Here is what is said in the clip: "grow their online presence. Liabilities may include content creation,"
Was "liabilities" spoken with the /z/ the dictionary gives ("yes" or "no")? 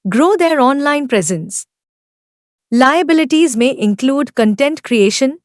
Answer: yes